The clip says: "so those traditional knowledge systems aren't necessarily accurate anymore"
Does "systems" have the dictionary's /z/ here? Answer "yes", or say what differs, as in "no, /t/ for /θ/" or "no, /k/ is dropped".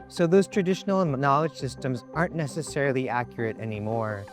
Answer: yes